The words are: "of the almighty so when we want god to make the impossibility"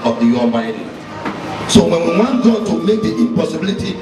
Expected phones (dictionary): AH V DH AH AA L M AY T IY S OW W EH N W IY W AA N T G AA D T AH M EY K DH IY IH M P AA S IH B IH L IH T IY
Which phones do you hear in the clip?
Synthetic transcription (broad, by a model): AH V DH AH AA M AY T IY S OW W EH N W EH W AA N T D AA T AH M EY K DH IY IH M P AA S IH B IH L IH T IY